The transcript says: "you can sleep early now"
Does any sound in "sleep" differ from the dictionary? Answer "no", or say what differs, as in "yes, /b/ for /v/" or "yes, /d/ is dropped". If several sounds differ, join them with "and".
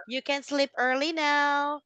no